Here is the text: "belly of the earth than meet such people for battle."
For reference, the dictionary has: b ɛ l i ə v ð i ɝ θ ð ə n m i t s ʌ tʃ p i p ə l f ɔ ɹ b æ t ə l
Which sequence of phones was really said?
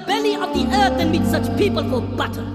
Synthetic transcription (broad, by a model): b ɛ l i ə v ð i ɝ θ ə n m i t s ʌ tʃ p i p ə l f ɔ l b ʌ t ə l